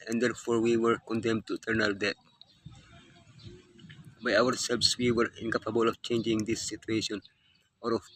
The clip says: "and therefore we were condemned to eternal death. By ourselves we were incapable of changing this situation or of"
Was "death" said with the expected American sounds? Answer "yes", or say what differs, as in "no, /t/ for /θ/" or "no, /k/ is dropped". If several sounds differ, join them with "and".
no, /t/ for /θ/